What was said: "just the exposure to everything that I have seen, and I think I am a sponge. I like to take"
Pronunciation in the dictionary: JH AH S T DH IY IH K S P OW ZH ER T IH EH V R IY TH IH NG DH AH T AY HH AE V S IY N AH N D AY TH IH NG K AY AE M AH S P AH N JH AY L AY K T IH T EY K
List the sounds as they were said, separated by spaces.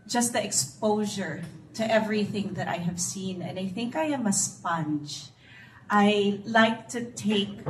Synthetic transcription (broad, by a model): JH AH S T DH IY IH K S P OW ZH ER T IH EH V R IY TH IH NG DH AH T AY HH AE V S IY N AH N D AY TH IH NG K AY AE M AH S P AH N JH AY L AY K T IH T EY K